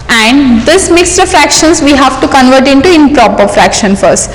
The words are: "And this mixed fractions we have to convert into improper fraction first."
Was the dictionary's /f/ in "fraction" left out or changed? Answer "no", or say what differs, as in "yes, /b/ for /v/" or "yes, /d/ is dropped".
no